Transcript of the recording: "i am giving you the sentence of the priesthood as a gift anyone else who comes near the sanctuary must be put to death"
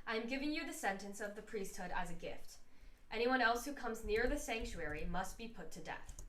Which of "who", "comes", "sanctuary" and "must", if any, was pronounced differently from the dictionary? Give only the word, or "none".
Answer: none